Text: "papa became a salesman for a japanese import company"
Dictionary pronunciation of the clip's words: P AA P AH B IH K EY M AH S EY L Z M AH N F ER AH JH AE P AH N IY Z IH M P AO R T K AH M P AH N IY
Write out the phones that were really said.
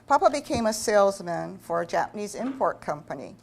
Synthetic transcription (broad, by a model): P AA P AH B IH K EY M AH S EY L Z M AH N F ER AH JH AE P AH N IY Z IH M P AO R T K AH M P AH N IY